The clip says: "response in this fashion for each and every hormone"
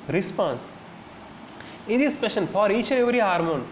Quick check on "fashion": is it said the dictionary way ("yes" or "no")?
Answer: no